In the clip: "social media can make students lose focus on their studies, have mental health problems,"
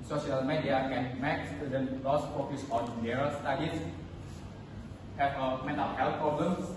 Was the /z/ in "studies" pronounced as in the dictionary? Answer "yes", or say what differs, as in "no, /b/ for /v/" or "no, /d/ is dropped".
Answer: no, /s/ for /z/